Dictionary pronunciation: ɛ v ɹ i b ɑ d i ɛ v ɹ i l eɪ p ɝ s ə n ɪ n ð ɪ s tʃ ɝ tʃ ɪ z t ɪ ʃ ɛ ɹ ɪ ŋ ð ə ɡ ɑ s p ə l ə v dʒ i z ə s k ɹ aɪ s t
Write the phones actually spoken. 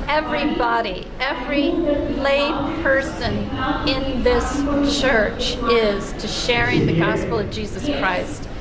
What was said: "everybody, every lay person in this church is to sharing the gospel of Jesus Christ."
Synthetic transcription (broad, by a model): ɛ v ɹ i b ɑ d i ɛ v ɹ i l eɪ p ɝ s ə n ɪ n ð ɪ s tʃ ɝ tʃ ɪ z t ɪ ʃ ɛ ɹ ɪ ŋ ð ə ɡ ɑ s p l ə v dʒ i z ə s k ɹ aɪ s t